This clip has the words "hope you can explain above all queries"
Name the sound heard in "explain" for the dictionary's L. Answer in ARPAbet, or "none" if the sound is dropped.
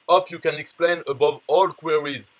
L